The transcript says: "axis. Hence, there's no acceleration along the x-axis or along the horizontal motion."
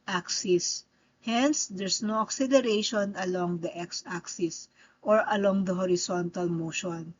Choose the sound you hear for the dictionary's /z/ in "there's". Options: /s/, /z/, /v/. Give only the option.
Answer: /s/